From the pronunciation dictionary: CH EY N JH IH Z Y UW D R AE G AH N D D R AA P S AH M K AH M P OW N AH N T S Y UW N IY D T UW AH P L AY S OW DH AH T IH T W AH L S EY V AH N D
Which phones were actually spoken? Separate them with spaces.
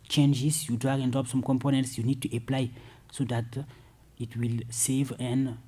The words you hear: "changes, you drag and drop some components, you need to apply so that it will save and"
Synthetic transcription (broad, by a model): CH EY N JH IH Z Y UW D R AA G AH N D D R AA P S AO M K AH M P OW N AH N T S Y UW N IY D T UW AH P L AY S OW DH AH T IH T W AH L S EY V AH N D